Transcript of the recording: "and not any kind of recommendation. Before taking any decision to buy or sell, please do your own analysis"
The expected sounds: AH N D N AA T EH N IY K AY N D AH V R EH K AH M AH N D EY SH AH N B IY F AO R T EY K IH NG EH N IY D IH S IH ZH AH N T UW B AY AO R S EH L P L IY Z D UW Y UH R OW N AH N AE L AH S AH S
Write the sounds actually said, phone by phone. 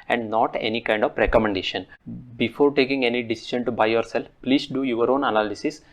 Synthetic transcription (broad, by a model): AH N D N AA T EH N IY K AY N D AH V R EH K AH M AH N D EY SH AH N B IY F AO R T EY K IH NG EH N IY D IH S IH SH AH N T UW B AY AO R S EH L P L IY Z D UW Y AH R OW N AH N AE L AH S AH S